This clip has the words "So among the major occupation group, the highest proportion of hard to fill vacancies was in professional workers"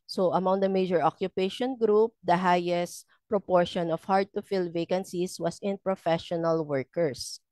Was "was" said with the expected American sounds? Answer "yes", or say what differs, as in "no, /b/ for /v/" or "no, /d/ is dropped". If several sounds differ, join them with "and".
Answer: no, /s/ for /z/